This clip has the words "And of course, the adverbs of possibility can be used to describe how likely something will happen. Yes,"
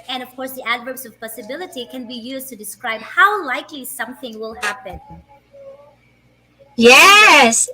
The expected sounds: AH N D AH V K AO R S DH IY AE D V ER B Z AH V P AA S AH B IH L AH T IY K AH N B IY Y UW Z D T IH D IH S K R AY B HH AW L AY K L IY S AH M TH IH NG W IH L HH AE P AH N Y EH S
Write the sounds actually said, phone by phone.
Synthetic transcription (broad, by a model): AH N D AH V K AO R S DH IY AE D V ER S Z AH V P AA S AH B IH L AH T IY K AH N B IY Y UW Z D T IH D IH S K R AY B HH AW L AY K L IY S AH M TH IH NG W IH L HH AE P AH N Y EH S